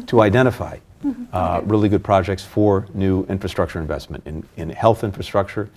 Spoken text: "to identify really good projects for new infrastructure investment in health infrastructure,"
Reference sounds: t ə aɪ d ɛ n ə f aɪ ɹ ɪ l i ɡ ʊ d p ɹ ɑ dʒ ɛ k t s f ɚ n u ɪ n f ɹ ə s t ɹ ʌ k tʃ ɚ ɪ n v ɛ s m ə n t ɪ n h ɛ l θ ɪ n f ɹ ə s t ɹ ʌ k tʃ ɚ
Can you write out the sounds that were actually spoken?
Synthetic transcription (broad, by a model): t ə aɪ d ɛ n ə f aɪ ɹ ɪ l i ɡ ʊ d p ɹ ɑ dʒ ɛ k t s f ɚ n u ɪ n f ɹ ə s t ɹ ʌ k tʃ ɚ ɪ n v ɛ s m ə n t ɪ n h ɛ l θ ɪ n f ɹ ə s t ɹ ʌ k tʃ ɚ